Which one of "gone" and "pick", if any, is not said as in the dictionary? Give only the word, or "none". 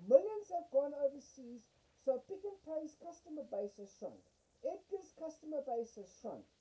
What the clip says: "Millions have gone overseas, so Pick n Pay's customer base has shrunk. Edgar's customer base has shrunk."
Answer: none